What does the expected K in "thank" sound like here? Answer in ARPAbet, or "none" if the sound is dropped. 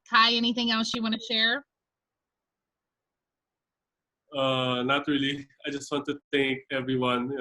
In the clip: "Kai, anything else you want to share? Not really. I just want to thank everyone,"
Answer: K